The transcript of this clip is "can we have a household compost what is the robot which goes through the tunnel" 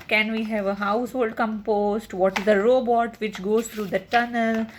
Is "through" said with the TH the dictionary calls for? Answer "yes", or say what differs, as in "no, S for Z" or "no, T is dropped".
no, T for TH